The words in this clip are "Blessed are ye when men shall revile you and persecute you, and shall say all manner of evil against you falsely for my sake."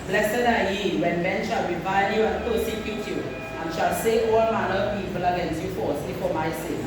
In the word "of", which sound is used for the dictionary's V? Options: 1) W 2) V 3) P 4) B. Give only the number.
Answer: 3